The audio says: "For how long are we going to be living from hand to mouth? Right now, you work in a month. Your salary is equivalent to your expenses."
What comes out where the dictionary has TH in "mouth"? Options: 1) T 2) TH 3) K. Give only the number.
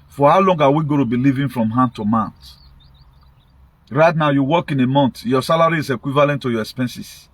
1